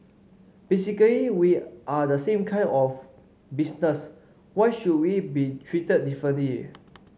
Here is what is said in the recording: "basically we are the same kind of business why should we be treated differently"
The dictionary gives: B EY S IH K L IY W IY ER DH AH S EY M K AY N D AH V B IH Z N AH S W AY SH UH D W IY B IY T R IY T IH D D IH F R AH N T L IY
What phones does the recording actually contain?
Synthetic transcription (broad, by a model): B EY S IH K L IY W IY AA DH AH S EY M K AY N AH F B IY S N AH S W AY SH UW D W IY B IY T R IY T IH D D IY F R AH N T L IY